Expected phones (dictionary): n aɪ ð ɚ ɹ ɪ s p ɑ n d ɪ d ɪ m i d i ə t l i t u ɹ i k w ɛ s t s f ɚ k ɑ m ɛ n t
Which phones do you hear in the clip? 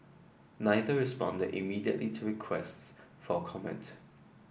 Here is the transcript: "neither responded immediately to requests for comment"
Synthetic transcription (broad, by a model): n aɪ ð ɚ ɹ ɪ s p ɑ n d ɪ d ɪ m i d i ə t l i t u ɹ i k w ɛ s t s f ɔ k ɑ m ɛ n t